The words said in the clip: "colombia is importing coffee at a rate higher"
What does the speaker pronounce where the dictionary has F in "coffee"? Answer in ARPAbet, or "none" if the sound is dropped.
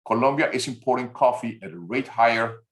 F